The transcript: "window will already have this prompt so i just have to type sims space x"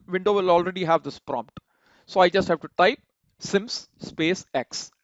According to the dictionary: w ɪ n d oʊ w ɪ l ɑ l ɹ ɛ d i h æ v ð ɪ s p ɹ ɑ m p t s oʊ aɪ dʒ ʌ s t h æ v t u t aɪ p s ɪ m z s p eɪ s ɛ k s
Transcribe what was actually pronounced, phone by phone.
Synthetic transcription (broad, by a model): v ɪ n d oʊ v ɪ l ɑ l ɹ ɛ d i h æ v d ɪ s p ɹ ɑ m p t s oʊ aɪ dʒ ʌ s t h æ v t u t aɪ p s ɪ m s s p eɪ s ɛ k s